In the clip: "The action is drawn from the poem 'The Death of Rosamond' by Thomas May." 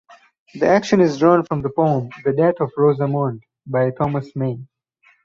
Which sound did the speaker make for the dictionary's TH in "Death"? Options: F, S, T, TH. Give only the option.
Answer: T